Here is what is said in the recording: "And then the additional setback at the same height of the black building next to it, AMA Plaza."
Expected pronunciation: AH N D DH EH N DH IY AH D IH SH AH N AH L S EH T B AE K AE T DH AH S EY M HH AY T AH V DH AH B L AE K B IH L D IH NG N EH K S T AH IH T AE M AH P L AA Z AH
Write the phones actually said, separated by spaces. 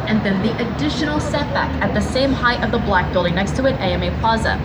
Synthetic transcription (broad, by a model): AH N DH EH N DH IY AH D IH SH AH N L S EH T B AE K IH T DH AH S EY M HH AY T AH V DH AH B L AE K B IH L D IH NG N EH K S T AH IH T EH M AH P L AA Z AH